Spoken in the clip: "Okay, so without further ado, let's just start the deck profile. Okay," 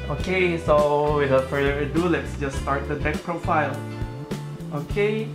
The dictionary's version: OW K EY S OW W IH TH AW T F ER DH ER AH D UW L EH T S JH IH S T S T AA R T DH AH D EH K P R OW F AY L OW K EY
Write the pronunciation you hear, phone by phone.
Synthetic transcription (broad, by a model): OW K EY S OW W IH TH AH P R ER ER AH D UW L EH T S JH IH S S T AA R T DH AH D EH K P R OW F AY L OW K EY